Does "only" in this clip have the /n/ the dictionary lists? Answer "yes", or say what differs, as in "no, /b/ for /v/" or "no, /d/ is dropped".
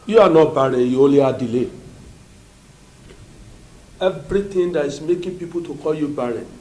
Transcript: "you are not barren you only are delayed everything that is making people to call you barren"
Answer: no, /n/ is dropped